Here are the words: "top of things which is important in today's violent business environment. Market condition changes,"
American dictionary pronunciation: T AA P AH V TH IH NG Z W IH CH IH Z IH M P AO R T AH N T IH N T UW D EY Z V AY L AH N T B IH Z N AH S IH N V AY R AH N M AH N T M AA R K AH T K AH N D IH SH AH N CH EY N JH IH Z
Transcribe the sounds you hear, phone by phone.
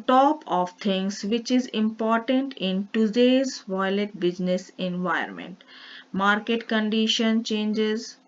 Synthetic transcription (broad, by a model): T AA P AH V T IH NG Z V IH CH IH Z IH M P AO R T AH N T IH N T UW D EY Z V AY L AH T B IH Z N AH S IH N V AY AH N M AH N T M AA R K AH T K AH N D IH SH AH N CH EY N JH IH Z